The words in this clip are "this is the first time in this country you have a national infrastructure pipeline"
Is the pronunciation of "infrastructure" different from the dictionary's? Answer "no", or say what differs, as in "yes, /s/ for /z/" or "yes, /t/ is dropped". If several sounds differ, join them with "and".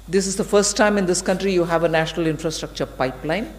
no